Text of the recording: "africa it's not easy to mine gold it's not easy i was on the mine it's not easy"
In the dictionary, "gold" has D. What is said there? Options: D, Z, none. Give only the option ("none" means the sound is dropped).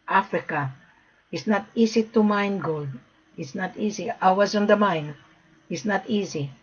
D